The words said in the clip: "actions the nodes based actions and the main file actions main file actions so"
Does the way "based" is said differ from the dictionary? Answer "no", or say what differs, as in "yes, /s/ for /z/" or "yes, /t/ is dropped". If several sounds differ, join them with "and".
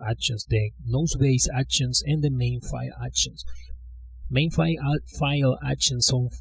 yes, /t/ is dropped